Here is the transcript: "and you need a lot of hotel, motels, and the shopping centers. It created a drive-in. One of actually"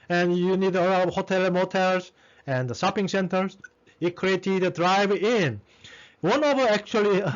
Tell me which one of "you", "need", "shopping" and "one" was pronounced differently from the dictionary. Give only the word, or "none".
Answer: shopping